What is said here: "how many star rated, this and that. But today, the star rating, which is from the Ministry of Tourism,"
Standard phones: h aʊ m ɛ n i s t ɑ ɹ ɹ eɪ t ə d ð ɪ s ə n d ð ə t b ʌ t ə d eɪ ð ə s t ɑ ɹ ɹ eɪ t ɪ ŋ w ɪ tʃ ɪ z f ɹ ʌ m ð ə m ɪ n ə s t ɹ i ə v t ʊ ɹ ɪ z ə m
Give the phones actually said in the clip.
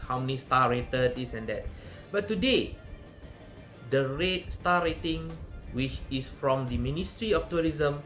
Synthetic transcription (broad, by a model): h aʊ m ɛ n i s t ɑ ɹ ɹ eɪ t ə d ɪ s ə n d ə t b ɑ t ə d eɪ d ə s t ɑ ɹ ɹ eɪ t ɪ ŋ w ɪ tʃ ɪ s f ɹ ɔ m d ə m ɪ n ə s t ɹ i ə f t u ɹ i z ə m